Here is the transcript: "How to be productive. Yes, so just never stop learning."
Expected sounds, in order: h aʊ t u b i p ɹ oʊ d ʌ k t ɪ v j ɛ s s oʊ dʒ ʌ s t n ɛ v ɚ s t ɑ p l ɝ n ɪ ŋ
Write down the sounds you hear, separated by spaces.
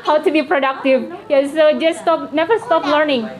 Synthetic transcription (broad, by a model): h aʊ t u b i p ɹ oʊ d ʌ k t ɪ v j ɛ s s oʊ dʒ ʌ s t n ɛ v ɚ s t ɑ p l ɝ n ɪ ŋ